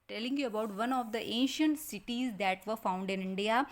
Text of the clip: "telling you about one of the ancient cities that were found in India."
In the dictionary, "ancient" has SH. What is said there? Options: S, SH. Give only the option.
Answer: SH